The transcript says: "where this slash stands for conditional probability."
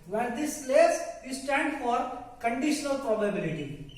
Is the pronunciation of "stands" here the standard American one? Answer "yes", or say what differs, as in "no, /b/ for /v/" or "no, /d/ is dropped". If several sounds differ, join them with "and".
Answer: no, /z/ is dropped